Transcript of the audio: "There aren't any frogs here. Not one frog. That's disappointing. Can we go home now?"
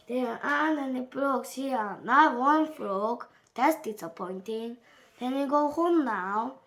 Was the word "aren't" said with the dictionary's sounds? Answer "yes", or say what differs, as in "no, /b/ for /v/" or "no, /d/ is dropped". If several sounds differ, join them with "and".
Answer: no, /t/ is dropped